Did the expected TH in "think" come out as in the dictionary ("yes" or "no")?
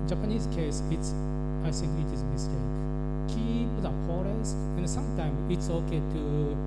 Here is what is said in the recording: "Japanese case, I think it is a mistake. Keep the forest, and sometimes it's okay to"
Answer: no